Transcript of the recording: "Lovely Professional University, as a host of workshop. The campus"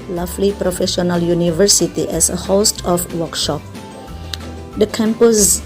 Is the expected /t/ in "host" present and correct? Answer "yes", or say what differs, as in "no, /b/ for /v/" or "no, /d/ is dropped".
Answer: yes